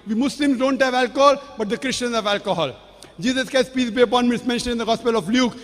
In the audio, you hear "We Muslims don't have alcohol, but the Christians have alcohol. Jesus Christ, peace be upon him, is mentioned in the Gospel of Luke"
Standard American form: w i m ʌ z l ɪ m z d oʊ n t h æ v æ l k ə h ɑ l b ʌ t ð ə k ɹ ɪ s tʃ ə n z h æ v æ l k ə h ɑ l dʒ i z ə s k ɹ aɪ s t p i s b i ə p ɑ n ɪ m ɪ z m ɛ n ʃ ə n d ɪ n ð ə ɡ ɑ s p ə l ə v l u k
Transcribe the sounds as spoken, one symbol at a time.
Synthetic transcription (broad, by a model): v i m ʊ s l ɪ m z d oʊ n t h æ v æ l k ə h ɑ l b ʌ t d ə k ɹ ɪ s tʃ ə n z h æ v æ l k ə h ɑ l dʒ i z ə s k aɪ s p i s b i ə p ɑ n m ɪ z m ɛ n ʃ ə n d ɪ n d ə ɡ ɑ s p ə l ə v l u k